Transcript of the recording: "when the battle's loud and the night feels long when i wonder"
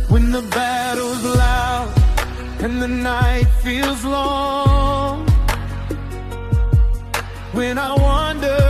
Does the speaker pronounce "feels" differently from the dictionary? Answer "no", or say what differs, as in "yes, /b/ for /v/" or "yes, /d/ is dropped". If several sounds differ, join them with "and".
no